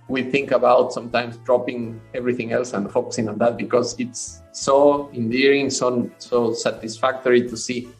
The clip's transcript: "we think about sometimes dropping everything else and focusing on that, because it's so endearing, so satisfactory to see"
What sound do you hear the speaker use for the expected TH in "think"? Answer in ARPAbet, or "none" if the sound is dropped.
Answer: TH